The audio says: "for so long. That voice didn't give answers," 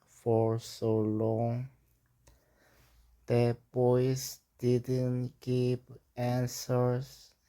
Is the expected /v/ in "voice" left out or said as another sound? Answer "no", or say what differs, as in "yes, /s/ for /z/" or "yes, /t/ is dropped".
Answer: yes, /b/ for /v/